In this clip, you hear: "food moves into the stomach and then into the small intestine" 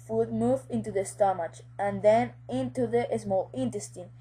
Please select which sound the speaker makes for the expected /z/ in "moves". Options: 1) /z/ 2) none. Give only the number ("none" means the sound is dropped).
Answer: 2